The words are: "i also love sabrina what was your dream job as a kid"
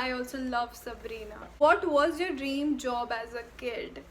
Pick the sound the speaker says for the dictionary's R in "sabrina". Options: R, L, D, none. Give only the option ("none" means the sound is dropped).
R